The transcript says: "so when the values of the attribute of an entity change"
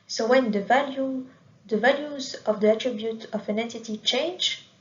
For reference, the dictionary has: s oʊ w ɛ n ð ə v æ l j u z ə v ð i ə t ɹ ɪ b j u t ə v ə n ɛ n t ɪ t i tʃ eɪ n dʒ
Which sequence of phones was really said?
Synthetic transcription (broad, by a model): s oʊ w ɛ n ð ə v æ l j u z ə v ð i ə t ɹ ɪ b j u t ə v ə n ɛ n t ɪ t i tʃ eɪ n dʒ